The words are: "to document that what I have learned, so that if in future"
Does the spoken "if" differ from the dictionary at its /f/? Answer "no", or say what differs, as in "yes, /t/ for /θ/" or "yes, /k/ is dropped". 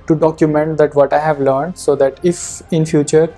no